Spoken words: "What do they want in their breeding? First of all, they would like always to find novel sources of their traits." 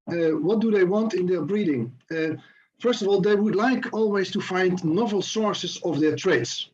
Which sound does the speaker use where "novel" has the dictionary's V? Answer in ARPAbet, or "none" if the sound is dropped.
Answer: V